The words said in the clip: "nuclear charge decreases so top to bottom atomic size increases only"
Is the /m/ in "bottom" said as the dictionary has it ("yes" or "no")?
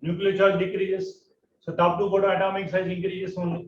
no